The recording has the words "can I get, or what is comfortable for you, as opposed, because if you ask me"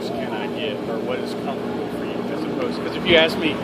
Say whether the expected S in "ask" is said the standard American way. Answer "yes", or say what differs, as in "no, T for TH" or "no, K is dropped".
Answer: yes